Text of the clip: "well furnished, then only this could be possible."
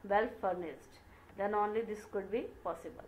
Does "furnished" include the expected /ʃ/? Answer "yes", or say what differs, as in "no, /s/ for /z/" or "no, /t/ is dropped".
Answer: no, /s/ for /ʃ/